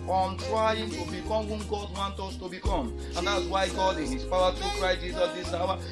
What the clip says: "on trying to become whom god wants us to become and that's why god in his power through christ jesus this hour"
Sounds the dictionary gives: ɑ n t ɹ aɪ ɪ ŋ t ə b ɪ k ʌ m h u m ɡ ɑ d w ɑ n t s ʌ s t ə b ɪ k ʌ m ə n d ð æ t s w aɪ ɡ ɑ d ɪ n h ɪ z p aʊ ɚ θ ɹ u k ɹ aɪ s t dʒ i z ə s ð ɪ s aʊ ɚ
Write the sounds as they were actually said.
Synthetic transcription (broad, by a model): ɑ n t ɹ aɪ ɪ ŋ t ə b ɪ k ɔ m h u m ɡ ɑ d w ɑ n t ɔ s t ə b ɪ k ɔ m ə n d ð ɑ t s w aɪ ɡ ɑ d ɪ n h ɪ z p aʊ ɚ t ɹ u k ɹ aɪ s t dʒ i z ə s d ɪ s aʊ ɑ